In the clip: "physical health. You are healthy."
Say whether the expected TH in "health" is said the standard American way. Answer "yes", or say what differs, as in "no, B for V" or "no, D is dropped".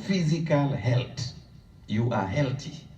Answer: no, T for TH